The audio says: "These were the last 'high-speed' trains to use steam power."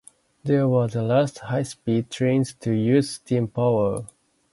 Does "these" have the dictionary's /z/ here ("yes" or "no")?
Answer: no